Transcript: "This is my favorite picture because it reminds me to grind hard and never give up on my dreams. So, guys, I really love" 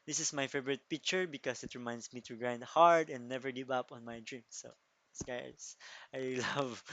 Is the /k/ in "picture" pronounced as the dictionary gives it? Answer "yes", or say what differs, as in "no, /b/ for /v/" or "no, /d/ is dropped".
yes